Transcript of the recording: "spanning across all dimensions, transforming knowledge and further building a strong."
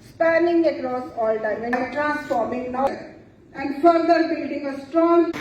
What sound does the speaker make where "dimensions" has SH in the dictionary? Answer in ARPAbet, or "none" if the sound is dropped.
none